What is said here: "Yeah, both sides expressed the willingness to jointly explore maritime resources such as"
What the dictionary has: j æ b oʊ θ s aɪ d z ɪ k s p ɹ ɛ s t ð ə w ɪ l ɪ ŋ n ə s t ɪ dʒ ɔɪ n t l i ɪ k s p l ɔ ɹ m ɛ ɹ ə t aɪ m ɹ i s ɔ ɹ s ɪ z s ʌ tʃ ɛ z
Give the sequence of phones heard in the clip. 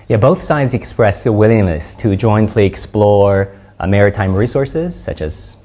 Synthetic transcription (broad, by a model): j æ b oʊ θ s aɪ d z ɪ k s p ɹ ɛ s ð ə w ɪ l ɪ ŋ n ə s t ɪ dʒ ɔɪ n t l i ɪ k s p l ɔ ɹ m ɛ ɹ ə t aɪ m ɹ i s ɔ ɹ s ɪ z s ʌ tʃ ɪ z